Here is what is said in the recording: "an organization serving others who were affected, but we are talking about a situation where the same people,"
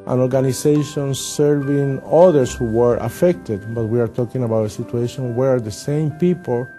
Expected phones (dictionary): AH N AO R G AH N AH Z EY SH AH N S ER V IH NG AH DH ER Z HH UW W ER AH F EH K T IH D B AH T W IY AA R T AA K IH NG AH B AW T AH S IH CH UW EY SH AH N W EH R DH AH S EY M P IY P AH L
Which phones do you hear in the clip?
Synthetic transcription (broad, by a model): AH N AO R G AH N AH S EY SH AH N S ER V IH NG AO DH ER S HH UW W ER AH F EH K T IH D B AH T W IY AA R T AA K IH NG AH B AW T AH S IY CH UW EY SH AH N W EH R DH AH S EY M P IY P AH L